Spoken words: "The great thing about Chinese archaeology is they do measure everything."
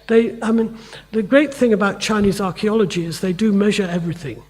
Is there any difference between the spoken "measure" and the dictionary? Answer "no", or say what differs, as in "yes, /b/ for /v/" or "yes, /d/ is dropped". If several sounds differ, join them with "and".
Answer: no